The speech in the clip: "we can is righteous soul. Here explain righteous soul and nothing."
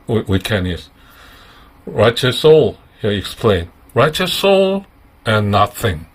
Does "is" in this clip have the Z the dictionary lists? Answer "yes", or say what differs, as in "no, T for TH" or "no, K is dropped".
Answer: no, S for Z